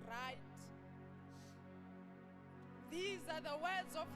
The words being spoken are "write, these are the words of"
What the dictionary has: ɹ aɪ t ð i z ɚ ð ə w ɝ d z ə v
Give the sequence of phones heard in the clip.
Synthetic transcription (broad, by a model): ɹ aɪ t ð i z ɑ ð ə w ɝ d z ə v